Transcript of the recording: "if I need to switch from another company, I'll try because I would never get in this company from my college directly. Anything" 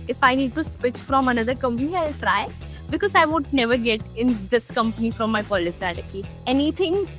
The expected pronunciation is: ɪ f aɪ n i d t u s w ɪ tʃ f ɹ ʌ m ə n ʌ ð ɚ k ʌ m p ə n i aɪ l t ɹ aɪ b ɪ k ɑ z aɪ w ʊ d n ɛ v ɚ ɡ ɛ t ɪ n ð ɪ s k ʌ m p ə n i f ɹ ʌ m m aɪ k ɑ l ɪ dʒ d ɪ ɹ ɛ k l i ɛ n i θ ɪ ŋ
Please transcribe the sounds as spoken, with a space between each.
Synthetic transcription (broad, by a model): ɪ f aɪ n i d t u s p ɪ tʃ f ɹ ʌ m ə n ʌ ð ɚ k ʌ m p ə n i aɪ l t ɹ aɪ b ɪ k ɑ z aɪ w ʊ d n ɛ v ɚ ɡ ɛ t ɪ n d ɪ s k ʌ m p ə n i f ɹ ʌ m m aɪ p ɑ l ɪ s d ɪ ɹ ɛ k i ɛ n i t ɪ ŋ